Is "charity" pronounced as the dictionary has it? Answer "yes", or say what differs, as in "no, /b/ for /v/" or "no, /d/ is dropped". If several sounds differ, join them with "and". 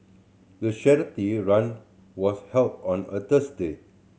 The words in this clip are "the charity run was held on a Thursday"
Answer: no, /ʃ/ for /tʃ/